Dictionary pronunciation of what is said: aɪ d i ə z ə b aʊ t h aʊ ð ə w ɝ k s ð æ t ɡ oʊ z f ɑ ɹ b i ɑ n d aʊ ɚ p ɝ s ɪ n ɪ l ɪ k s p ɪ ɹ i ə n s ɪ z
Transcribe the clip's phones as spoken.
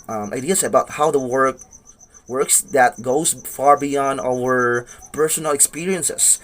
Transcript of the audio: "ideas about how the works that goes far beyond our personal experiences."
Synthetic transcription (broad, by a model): aɪ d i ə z ə b aʊ t h aʊ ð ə w ɝ k s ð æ t ɡ oʊ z f ɑ ɹ b i ɑ n d aʊ ɚ p ɝ s ɪ n ɪ l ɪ k s p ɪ ɹ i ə n s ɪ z